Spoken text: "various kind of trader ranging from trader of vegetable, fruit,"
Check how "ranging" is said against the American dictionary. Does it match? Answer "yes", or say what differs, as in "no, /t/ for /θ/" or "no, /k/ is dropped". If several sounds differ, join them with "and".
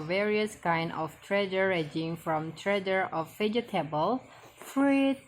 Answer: no, /n/ is dropped